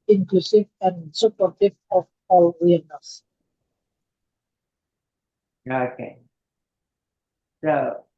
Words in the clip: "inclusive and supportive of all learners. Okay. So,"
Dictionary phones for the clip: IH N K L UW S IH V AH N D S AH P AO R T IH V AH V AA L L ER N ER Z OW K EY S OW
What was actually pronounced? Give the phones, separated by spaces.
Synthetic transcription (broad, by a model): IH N K L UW S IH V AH N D S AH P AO R T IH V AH F AA L W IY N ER S OW K EY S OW